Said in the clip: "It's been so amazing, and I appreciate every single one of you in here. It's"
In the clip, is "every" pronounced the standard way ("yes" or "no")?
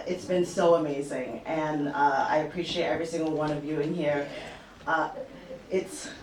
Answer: yes